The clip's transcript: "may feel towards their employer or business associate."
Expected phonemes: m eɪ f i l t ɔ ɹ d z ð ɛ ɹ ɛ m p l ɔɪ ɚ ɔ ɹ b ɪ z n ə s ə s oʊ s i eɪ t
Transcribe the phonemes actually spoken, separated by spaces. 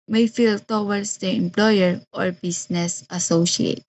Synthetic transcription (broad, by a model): m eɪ f i l t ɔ w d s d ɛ ɛ m p l ɔɪ ɚ ɔ ɹ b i s n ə s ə s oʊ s i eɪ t